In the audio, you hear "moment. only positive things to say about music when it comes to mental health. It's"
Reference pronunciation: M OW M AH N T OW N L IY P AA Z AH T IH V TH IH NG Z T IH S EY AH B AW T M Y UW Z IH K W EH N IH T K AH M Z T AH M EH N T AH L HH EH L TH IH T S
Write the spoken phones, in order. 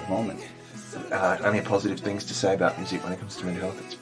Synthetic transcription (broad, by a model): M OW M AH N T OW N IY P AA Z AH T IH V TH IH NG Z T IH S EY AH B AW T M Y UW Z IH K W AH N IH T K AH M Z T AH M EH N HH EH L TH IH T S